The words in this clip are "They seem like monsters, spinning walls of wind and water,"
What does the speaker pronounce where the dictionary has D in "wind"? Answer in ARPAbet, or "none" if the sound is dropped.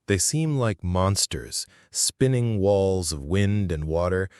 D